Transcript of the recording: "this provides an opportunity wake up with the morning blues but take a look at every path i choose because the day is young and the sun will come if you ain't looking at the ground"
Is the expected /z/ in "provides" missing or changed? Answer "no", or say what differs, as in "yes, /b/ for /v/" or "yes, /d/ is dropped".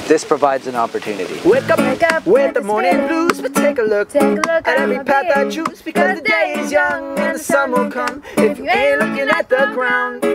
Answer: no